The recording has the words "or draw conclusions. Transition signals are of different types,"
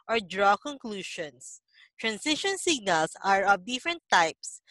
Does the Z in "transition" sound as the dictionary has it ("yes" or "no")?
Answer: no